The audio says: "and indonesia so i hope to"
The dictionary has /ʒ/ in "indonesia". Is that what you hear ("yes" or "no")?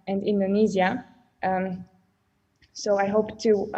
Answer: no